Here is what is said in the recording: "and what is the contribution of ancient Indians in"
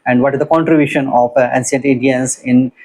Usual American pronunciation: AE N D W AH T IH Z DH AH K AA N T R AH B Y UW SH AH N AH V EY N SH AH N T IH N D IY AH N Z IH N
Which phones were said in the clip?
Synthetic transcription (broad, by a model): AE N D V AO T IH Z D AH K AA N T R AH B Y UW SH AH N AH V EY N S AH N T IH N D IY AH N S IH N